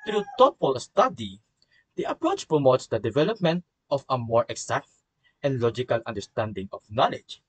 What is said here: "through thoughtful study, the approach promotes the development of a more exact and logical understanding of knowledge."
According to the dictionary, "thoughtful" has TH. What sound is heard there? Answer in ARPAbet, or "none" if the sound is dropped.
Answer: T